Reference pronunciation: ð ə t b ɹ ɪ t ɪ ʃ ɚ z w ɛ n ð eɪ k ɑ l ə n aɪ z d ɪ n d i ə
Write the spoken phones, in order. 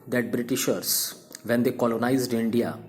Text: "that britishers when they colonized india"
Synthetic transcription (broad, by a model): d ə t b ɹ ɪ t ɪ ʃ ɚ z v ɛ n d eɪ k ɑ l ə n aɪ z d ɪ n d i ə